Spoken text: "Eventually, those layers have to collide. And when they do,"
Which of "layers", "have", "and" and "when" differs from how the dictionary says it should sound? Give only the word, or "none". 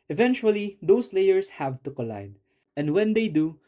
layers